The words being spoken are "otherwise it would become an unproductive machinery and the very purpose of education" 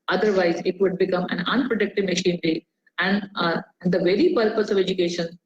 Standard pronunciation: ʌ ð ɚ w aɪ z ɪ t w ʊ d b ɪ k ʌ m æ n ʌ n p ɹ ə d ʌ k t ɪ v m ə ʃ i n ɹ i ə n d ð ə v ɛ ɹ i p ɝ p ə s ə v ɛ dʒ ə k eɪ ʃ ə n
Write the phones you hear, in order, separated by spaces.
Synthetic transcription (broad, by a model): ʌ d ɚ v aɪ z ɪ t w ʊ d b ɪ k ʌ m æ n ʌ n p ɹ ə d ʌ k t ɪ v m ə ʃ i n ɹ i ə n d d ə v ɛ ɹ i p ɝ p ə s ə v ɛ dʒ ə k eɪ ʃ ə n